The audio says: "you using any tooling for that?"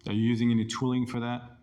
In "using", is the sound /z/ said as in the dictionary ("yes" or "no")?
yes